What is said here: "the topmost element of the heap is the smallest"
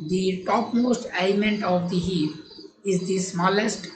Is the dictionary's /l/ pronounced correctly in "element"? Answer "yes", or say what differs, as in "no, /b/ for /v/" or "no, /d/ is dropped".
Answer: no, /l/ is dropped